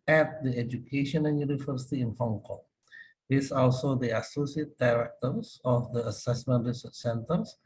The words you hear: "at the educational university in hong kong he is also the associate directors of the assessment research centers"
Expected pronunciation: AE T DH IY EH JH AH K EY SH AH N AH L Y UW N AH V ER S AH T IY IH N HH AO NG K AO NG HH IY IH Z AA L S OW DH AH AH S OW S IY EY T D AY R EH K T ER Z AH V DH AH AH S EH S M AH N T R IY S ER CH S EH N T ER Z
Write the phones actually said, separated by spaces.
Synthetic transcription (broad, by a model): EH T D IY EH JH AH K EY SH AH N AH N Y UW N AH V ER S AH T IY IH N HH AO NG K AO NG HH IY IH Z AA L S OW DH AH AH S OW S IY EY T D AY R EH K T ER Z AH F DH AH AH S EH S M AH N T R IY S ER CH S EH N T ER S